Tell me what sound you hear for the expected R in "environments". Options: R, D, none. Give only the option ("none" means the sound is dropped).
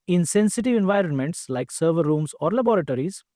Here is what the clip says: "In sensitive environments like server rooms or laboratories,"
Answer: R